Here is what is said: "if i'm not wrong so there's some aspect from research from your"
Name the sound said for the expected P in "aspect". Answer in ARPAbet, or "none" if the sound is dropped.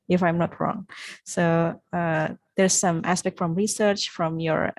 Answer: P